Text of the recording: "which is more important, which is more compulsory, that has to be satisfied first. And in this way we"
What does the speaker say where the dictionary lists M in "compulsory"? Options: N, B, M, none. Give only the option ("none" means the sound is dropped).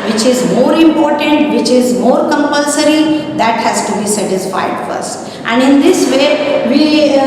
M